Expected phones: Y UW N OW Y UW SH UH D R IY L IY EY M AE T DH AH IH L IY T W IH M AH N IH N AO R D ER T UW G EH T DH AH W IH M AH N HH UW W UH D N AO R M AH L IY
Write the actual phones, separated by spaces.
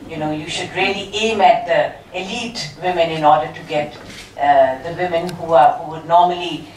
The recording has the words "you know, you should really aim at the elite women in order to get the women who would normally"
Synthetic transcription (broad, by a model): Y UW N OW Y UW SH UH D R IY L IY EY M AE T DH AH IH L IY T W IH M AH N IH N AO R D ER T UW G EH T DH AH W IH M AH N HH UW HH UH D N AO M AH L IY